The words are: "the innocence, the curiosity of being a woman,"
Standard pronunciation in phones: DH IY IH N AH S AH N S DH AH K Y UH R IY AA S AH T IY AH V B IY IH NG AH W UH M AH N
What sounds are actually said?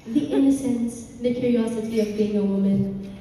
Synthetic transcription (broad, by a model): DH IY IH N AH S AH N S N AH K Y UH R IY AA S AH T IY AH V B IY IH NG AH W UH M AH N